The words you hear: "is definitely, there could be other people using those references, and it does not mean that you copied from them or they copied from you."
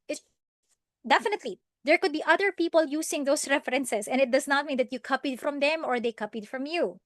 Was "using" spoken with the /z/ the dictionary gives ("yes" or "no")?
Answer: no